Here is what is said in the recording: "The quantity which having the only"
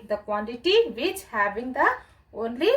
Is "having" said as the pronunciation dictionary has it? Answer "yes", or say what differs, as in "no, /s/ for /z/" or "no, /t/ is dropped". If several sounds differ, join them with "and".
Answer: no, /b/ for /v/